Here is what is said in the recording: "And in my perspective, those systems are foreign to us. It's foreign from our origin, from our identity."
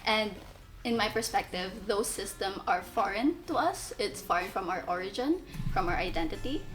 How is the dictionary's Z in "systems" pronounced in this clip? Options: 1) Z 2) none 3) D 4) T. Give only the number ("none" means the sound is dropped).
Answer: 2